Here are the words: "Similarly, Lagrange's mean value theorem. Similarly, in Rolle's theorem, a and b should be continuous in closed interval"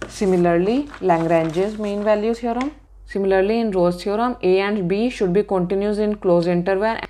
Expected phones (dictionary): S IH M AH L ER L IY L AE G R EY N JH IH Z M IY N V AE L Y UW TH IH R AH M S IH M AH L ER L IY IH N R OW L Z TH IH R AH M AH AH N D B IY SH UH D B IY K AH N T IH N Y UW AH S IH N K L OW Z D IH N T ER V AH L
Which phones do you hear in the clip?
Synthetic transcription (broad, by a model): S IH M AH L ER L IY L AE G R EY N JH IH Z M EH N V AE L Y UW S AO R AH M S IH M AH L ER L IY IH N R OW Z S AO R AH M AH AH N D B IY SH UH D B IY K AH N T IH N Y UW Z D IH N K L OW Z IH N T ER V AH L